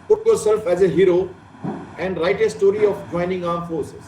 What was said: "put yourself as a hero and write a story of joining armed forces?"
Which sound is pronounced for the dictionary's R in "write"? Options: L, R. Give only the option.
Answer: R